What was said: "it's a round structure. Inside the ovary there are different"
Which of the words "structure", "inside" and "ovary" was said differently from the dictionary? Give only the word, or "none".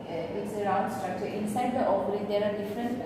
ovary